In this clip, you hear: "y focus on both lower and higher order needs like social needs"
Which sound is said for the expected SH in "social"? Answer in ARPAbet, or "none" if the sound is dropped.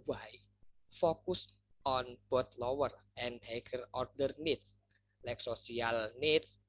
S